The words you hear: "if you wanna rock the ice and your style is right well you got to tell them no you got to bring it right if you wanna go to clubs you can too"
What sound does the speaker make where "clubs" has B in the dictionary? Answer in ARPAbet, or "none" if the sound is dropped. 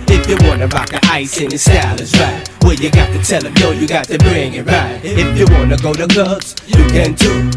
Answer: none